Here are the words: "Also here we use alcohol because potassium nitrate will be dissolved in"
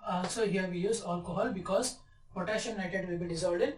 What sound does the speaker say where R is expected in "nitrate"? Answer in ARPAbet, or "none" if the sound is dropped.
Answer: none